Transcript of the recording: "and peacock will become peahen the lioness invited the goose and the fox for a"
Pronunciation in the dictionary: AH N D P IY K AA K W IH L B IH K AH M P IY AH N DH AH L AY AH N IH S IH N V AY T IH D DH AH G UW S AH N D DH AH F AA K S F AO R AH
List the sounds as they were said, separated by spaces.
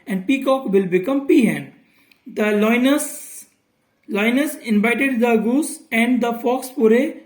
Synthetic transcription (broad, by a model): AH N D P IY K AA K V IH L B IH K AH M P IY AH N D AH L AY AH N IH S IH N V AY T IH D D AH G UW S AH N D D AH F AA K S P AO R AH